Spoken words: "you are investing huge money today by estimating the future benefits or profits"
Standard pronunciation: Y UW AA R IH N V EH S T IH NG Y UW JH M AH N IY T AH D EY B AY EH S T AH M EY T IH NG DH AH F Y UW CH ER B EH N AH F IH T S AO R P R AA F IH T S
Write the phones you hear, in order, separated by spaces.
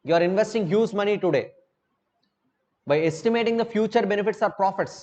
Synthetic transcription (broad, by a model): Y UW AA R IH N V EH S T IH NG Y UW Z M AH N IY T AH D EY B AY EH S T AH M EY T IH NG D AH F Y UW CH ER B EH N AH F IH T S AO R P R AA F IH T S